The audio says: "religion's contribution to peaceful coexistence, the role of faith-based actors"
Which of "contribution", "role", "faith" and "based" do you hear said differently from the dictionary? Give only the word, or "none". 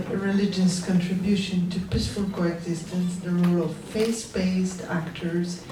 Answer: faith